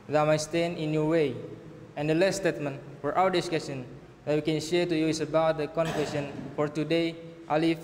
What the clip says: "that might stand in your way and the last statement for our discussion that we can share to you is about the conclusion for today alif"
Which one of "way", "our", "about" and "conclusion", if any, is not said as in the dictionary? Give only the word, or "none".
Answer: conclusion